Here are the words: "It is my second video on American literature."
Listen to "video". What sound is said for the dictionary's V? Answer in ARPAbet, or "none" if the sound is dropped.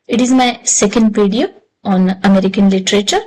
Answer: P